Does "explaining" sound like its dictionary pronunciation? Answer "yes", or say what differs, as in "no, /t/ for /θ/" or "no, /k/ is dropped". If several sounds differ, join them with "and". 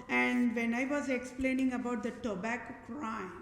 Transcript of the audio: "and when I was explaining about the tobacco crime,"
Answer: yes